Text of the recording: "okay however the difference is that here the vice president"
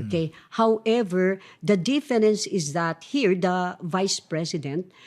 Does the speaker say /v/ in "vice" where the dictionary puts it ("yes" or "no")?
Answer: yes